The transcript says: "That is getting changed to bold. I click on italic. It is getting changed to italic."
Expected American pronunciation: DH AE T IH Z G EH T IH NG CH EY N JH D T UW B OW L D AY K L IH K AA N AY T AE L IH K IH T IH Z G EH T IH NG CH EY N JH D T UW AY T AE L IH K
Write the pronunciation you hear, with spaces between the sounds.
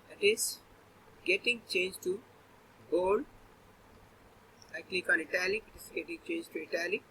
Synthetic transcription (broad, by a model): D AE T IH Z G EH T IH NG CH EY N JH T UW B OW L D AY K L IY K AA L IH T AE L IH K IH T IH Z G EH T IH NG CH EY N JH T UW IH T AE L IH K